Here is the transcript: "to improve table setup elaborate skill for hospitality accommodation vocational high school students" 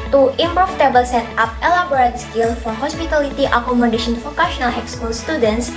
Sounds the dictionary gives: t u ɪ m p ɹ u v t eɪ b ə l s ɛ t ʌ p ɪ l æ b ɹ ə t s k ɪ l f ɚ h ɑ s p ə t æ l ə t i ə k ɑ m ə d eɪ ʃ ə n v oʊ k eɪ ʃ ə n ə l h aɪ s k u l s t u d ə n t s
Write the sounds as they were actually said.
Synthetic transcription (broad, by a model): t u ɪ m p ɹ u f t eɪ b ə l s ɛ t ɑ p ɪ l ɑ b ɹ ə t s k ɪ l f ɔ h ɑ s p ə t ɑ l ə t i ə k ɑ m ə d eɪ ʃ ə n f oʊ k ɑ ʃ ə n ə l h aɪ s k u l s t u d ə n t s